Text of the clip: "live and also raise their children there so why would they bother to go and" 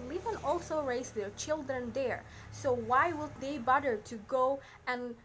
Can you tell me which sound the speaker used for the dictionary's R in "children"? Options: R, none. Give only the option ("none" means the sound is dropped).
R